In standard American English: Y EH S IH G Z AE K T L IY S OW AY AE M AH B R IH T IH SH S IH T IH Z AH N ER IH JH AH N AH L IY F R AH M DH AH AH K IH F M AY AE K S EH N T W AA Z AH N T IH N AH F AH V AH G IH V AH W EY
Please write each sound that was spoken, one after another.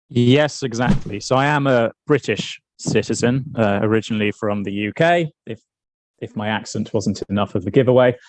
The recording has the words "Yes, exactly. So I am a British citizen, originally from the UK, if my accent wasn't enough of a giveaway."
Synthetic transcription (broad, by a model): Y EH S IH G Z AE K T L IY S OW AY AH M AH B R IH T IH SH S IH T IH Z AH N ER IH JH AH N AH L IY F R AH M DH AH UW K IH F M AY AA K S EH N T W AA Z AH N T IH N AH F AH V AH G IH V AH W EY